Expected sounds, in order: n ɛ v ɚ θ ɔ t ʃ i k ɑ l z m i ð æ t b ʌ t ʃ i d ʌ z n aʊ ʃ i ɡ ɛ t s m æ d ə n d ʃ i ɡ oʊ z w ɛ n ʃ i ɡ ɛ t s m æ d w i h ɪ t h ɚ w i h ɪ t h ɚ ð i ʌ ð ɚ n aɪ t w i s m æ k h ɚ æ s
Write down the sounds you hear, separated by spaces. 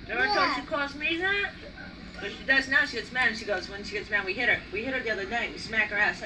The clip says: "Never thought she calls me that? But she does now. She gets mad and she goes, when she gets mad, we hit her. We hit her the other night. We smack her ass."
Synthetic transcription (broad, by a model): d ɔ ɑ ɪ t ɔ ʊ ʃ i k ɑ z m i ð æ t b ʌ t ʃ i d ʌ z n aʊ ʃ i ɡ ɛ t s m æ d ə n ʃ i ɡ oʊ z w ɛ n ʃ i ɡ ɛ t s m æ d w i h ɪ t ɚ w i h ɪ t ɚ ð i ʌ ð ɚ n aɪ t w i s m æ k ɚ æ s